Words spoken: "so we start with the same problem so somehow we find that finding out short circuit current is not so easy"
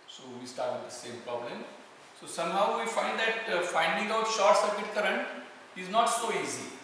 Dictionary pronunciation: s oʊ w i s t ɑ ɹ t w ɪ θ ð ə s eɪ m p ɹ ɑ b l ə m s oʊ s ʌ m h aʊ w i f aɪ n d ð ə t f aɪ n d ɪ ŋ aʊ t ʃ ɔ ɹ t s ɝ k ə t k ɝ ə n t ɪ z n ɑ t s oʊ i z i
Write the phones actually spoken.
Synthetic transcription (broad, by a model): s oʊ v i s t ɑ ɹ t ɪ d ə s eɪ m p ɹ ɑ b l ə m s oʊ s ʌ m h aʊ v i f aɪ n d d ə t f aɪ n d ɪ ŋ aʊ t ʃ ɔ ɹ t s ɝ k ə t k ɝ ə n ɪ z n ɑ t s oʊ i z i